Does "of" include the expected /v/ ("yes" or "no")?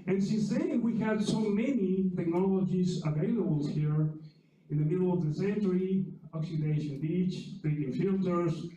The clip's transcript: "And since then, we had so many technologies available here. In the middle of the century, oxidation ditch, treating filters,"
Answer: yes